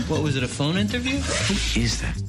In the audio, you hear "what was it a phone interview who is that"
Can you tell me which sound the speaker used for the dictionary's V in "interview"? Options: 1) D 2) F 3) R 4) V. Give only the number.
4